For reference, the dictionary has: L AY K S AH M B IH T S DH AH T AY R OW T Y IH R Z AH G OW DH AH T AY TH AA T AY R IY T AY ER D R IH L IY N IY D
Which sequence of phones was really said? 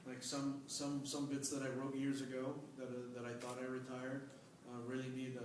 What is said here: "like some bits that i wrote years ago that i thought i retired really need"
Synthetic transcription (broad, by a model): L AY K S AH M B IH T S DH AH T AY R OW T Y IH R Z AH G OW DH AH T AY TH AA T AY R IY T AY ER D R IH L IY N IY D